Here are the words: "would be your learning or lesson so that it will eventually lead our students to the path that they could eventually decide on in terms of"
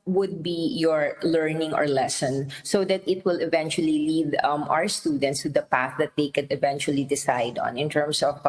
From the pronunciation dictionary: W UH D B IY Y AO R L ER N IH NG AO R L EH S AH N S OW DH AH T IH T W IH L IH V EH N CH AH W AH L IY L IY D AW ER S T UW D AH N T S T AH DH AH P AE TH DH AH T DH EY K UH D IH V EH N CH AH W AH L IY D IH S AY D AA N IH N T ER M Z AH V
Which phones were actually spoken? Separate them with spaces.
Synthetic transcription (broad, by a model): W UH D B IY Y AO R L ER N IH NG AO R L EH S AH N S OW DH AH T IH T W IH L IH V EH N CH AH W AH L IY L IY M AW ER S T UW D AH N T S T AH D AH P AE TH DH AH T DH EY K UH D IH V EH N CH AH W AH L IY D IH S AY D AA N IH N T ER M S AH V